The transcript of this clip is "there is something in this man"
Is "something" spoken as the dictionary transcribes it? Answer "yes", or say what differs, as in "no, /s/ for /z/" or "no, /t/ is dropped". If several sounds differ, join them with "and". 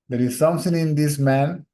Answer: no, /t/ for /θ/